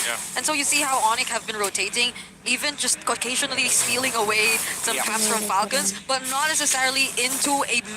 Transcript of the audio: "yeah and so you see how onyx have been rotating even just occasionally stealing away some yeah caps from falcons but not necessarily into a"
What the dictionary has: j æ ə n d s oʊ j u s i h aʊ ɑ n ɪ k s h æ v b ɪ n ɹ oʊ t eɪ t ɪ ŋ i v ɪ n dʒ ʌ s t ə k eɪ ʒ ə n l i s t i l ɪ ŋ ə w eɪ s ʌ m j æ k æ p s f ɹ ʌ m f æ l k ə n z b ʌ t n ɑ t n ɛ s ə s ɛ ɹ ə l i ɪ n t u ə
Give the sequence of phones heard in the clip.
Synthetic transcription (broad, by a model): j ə n s oʊ j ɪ s i h aʊ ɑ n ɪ k h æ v b ɪ n ɹ oʊ t eɪ t ɪ ŋ i v ɪ n dʒ ʌ s t ə k eɪ ʒ ə n l i s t i l ɪ ŋ ə w eɪ s ʌ m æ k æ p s f ɹ ʌ m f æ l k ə n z b ʌ t n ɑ t n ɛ s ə s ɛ ɹ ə l i ɪ n t u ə